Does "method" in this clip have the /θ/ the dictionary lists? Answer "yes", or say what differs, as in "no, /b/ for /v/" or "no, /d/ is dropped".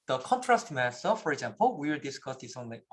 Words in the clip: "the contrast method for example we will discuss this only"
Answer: no, /s/ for /θ/